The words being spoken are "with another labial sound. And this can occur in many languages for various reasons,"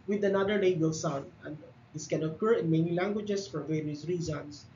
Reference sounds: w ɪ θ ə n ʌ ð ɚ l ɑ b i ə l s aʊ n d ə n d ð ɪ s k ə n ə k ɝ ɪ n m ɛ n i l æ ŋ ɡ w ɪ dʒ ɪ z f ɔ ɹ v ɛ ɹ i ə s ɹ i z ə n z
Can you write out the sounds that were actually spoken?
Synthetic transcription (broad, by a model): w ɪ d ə n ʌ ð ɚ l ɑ i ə l s aʊ n d ə n d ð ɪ s k ə n ə k ɝ ɪ n m ɛ n i l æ ŋ ɡ w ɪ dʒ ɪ s f ɔ ɹ v ɛ ɹ i ə s ɹ i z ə n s